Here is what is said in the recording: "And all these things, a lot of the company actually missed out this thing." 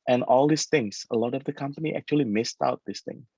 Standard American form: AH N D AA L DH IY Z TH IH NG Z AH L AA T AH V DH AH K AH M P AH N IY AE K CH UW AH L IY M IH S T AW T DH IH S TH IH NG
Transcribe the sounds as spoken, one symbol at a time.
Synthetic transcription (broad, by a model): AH N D AA L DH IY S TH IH NG S AH L AA T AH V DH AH K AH M P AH N IY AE K CH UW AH L IY M IH S T AW T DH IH S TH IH NG